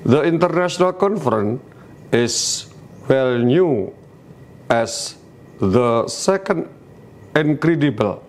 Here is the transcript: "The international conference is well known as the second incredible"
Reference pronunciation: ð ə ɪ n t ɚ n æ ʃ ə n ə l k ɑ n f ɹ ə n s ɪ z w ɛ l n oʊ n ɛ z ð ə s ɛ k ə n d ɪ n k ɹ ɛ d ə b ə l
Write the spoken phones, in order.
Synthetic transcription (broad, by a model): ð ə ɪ n t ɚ n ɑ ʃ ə n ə l k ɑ n f ɹ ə n ɪ s w ɛ l n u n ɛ s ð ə s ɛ k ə n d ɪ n k ɹ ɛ d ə b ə l